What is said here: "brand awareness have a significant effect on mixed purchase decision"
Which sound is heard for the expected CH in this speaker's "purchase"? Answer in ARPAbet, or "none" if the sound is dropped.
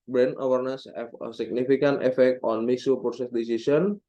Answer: S